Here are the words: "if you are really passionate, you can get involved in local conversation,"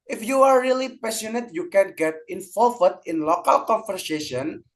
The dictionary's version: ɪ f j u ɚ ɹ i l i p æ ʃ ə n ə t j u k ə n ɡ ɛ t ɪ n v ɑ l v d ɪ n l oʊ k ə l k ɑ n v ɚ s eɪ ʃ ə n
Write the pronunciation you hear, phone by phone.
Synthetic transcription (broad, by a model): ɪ f j u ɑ ɹ i l i p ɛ s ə n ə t j u k ə n ɡ ɛ t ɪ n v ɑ l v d ɪ n l oʊ k ə l k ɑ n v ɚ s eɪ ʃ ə n